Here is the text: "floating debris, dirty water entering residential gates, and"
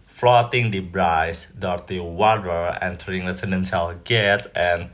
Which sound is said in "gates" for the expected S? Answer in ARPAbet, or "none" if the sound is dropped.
none